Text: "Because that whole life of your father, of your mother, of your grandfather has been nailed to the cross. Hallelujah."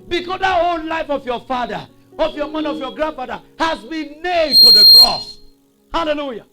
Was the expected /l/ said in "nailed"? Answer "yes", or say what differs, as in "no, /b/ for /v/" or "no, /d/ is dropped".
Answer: no, /l/ is dropped